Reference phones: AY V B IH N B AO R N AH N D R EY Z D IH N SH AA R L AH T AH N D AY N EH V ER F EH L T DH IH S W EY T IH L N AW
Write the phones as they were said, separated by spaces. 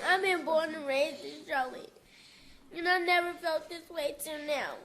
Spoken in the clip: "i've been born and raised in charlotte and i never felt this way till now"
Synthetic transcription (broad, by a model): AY B IH N B AO R N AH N R EY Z IH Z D R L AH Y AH N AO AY N EH V ER F EH L T DH IH S W EY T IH N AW